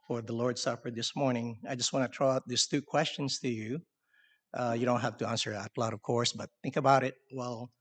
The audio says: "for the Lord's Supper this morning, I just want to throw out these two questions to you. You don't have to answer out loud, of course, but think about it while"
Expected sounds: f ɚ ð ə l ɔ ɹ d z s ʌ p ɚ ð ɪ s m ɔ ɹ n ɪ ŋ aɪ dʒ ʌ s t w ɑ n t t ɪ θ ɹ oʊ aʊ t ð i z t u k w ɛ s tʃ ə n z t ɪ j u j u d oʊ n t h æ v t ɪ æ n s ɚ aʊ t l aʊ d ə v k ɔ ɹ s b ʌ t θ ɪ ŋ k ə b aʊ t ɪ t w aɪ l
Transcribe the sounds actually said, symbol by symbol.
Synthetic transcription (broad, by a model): f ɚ ð ə l ɔ ɹ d s ʌ p ɚ ð ɪ s m ɔ ɹ n ɪ ŋ aɪ dʒ ʌ s t w ɑ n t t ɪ t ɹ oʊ aʊ t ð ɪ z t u k w ɛ s tʃ ə n z t ɪ j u j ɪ d oʊ n t h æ f t ɪ æ n s ɚ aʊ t l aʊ d ə v k ɔ ɹ s b ʌ t θ ɪ ŋ k ə b aʊ t ɪ t w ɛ l